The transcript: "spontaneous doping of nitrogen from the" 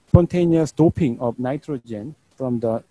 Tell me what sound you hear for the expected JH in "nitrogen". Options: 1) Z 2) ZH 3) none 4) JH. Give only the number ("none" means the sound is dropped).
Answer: 4